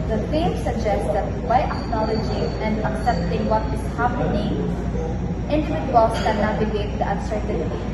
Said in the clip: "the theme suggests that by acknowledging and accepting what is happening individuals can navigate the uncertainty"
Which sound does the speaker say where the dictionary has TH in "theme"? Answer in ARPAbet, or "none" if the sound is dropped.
F